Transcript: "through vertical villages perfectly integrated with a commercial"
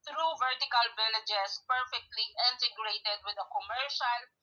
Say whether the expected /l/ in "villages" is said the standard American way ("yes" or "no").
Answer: no